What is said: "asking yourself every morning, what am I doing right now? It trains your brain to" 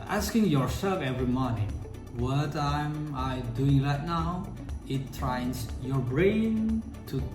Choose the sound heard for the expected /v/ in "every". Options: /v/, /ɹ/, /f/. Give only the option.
/v/